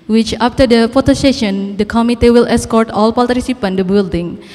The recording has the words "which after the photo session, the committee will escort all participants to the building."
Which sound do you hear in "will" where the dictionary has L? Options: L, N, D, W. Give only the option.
L